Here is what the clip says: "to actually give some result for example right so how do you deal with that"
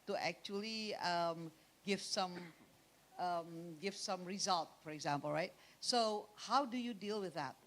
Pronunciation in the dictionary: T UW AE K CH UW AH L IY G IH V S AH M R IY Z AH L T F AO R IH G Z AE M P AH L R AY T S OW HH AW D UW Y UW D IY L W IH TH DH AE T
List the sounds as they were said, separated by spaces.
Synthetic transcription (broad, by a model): T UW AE K CH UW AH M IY G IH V S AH M R IY Z AH L T F AO R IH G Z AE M P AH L R AY T S OW HH AW D UW Y UW D IY L W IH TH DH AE T